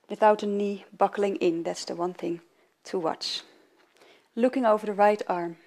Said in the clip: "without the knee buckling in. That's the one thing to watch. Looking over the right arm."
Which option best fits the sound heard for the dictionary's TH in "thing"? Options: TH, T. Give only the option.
TH